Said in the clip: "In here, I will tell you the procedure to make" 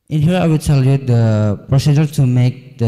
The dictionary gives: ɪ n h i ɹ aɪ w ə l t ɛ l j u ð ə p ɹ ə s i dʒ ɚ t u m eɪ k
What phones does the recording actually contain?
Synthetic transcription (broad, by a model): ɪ n h i ɹ aɪ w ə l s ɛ l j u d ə p ɹ ə s i dʒ ɚ t u m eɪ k